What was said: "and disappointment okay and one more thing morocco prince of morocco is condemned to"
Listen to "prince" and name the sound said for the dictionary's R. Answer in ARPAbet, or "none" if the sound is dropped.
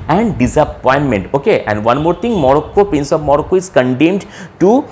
none